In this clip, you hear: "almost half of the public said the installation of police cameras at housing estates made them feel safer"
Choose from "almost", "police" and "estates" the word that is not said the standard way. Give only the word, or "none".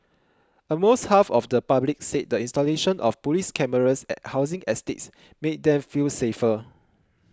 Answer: almost